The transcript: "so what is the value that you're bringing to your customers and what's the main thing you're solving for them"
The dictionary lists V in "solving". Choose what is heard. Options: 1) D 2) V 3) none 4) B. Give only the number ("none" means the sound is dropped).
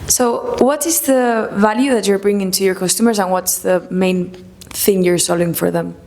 3